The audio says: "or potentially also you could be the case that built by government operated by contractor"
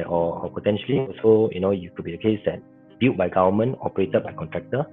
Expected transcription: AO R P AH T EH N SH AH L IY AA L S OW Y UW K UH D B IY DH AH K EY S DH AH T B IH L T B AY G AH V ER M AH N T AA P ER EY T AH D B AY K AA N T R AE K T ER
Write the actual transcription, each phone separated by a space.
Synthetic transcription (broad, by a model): AO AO P AH T EH N SH AH L IY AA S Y OW Y UW K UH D B IY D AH K EY S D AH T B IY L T B AY G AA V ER M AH N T AA P ER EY T AH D B AY K AA N T R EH K T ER